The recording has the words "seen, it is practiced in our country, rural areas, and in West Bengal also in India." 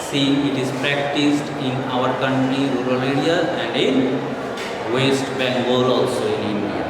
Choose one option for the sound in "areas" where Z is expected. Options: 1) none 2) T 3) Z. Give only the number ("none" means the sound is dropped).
1